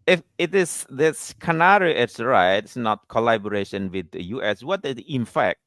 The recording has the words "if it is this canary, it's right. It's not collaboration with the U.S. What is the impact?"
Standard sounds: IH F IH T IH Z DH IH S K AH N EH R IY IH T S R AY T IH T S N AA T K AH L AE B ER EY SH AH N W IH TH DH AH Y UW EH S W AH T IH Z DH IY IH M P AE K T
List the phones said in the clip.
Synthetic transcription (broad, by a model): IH F IH T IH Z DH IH S K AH N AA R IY IH T S R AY IH T S N AA T K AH L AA B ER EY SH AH N W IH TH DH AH Y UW EH S W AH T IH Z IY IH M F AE K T